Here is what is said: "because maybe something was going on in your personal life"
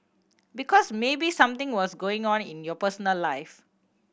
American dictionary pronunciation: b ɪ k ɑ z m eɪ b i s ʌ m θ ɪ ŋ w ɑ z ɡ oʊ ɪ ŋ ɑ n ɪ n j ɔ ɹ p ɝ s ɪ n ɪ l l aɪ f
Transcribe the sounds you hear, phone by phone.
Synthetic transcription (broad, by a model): b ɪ k ɑ s m eɪ b i s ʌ m t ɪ ŋ w ɑ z ɡ oʊ ɪ ŋ ɑ n ɪ n j ɔ p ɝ s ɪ n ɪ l l aɪ f